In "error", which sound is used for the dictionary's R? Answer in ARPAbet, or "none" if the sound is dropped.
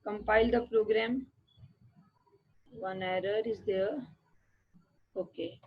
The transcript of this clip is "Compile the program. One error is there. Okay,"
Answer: R